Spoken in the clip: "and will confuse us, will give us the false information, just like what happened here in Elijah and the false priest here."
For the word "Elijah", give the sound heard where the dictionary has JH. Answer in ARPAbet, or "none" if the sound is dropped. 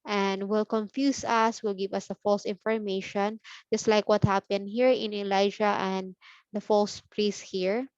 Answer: SH